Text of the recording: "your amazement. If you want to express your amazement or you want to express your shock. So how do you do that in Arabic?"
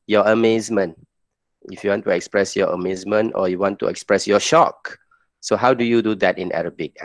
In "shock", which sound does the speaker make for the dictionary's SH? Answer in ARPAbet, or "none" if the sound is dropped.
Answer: SH